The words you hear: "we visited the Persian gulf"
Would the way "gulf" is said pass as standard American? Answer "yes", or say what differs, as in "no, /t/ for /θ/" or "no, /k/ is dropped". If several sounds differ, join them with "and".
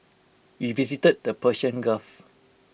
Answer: no, /l/ is dropped